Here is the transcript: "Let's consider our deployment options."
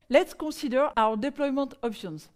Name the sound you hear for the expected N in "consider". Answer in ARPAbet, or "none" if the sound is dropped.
none